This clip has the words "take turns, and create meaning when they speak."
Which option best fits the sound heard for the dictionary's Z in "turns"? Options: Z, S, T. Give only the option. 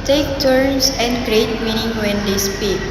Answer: S